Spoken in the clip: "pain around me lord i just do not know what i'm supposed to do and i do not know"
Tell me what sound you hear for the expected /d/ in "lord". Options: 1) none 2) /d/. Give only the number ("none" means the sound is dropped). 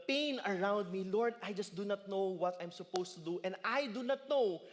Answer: 2